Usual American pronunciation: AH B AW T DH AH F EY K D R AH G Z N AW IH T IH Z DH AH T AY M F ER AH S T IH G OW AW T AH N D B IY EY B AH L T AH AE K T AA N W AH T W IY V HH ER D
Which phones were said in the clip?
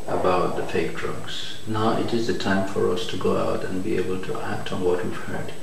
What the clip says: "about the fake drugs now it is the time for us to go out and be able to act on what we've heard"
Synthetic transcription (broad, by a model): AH B AW T DH AH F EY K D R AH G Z N AW IH T IH Z DH AH T AY M F ER AH S T IH G OW AW T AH N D B IY EY B AH L T AH AE K T N W AH T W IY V HH ER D